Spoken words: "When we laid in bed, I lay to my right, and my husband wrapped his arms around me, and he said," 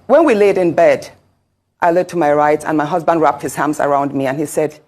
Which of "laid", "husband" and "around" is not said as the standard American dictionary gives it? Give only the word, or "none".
none